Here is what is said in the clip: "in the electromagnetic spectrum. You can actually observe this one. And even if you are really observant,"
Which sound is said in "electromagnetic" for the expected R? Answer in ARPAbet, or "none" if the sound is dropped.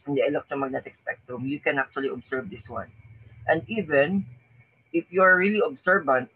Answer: none